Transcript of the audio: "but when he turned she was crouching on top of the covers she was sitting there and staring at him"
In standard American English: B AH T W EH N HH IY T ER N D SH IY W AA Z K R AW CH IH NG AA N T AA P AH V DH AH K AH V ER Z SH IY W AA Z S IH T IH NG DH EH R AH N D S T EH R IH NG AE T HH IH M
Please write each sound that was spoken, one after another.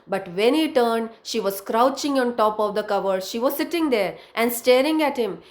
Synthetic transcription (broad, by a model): B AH T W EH N HH IY T ER N D SH IY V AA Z K R AW CH IH NG AA N T AA P AH V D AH K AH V ER SH IY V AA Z S IH T IH NG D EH R AH N D S T EH R IH NG AE T HH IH M